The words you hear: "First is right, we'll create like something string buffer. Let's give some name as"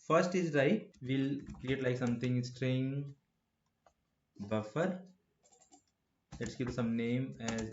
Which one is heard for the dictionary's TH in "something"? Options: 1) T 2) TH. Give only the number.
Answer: 1